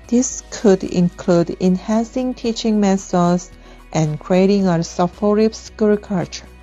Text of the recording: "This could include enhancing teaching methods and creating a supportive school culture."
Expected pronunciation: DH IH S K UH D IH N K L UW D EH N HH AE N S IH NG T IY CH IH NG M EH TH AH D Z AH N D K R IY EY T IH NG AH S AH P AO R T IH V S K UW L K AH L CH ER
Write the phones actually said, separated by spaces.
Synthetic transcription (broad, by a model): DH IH S K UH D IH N K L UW D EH N HH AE N S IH NG T IY CH IH NG M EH S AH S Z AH N K R IY EY T IH NG AH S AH F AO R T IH P S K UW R K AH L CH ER